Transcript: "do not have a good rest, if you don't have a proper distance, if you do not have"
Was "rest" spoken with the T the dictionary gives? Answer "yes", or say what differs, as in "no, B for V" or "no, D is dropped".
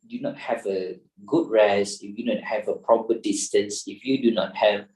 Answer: no, T is dropped